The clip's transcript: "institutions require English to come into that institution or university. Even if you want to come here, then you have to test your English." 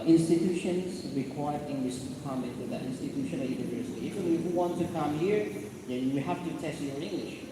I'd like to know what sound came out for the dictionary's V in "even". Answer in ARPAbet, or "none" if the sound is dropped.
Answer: F